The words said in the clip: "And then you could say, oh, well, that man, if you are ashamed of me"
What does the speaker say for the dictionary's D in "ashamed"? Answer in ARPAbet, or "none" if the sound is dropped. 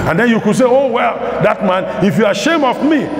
none